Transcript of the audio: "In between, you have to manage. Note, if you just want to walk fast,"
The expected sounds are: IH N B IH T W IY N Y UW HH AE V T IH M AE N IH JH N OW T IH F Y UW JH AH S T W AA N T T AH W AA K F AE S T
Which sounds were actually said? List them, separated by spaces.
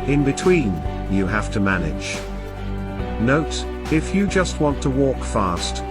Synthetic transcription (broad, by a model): IH N B IH T W IY N Y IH HH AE F T IH M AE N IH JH N OW T IH F Y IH JH AH S T W AA N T T AH W AA K F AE S T